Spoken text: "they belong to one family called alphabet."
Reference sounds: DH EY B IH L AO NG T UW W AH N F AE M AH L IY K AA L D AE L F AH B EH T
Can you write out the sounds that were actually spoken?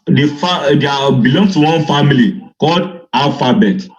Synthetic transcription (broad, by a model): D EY B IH L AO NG T UW W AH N F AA M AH L IY K AA L D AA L F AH B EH T